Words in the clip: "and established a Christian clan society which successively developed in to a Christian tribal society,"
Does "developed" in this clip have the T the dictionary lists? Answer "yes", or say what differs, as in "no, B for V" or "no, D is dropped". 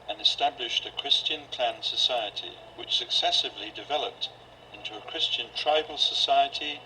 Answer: yes